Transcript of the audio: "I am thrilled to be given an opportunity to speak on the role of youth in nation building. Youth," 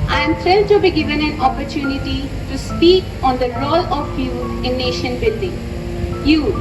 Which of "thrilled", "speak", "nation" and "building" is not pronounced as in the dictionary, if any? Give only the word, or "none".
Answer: thrilled